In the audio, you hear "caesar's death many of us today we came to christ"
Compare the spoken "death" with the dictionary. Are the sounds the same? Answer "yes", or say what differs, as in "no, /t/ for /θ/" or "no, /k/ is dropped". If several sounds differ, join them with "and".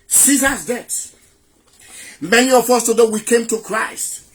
no, /s/ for /θ/